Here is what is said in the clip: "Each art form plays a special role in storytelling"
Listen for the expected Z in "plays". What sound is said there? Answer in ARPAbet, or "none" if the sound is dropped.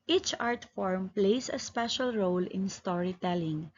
S